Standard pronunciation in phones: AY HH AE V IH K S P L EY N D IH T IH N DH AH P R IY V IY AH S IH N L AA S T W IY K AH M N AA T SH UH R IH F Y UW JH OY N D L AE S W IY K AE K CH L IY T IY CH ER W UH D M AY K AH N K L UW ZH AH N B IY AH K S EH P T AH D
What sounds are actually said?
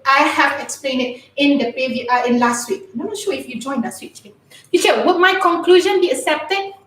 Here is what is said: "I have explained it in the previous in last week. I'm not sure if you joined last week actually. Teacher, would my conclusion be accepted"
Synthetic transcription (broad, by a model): AY HH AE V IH K S P L EY N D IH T IH N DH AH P IY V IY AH IH N L AA S T W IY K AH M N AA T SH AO IH F Y UW JH OY N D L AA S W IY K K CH IY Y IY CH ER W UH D M AY K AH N K L UW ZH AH N B IY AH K S EH P T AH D